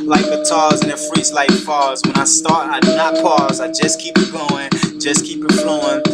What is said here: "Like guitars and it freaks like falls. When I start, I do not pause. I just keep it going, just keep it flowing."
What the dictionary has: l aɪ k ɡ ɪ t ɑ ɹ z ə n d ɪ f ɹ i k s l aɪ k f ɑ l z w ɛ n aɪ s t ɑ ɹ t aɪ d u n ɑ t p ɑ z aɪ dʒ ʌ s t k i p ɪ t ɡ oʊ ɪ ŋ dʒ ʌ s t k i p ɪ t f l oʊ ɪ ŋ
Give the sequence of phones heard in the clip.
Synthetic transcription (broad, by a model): l aɪ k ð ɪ t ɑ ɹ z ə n ɪ f ɹ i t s l aɪ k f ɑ z w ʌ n aɪ s t ɑ ɹ t aɪ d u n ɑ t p ɑ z aɪ dʒ ʌ s k i p ɪ t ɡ oʊ ɪ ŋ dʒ ʌ s k i p ɪ t f l oʊ ɪ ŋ